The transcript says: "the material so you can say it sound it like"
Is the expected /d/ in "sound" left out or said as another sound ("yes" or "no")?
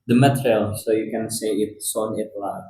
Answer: yes